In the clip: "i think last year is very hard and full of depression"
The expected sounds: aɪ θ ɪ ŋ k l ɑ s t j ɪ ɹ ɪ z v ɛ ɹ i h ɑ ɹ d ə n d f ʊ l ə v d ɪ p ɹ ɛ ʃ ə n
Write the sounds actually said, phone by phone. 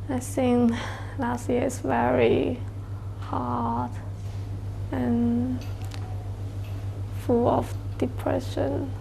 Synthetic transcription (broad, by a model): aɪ s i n l ɑ s t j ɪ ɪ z v ɛ ɹ i h ɑ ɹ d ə n f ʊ l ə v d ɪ p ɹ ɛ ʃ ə n